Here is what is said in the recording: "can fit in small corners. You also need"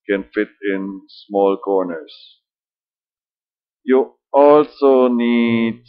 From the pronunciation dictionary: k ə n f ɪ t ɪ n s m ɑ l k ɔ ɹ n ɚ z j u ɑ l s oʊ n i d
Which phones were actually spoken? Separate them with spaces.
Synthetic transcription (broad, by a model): k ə n f ɪ t ɪ n s m ɑ l k ɔ ɹ n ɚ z j u ɑ l s oʊ n i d